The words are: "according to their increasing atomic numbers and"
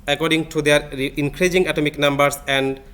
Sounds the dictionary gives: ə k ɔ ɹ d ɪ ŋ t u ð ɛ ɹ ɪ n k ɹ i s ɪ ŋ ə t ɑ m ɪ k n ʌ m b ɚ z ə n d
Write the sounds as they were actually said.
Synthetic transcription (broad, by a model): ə k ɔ ɹ d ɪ ŋ t u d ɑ ɹ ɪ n k ɹ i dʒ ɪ ŋ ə t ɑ m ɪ k n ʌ m b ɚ s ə n d